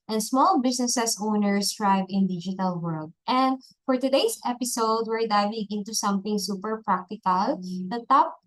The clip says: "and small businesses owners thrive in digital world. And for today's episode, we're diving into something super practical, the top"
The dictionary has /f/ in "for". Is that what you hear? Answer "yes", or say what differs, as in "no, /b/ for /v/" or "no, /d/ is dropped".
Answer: yes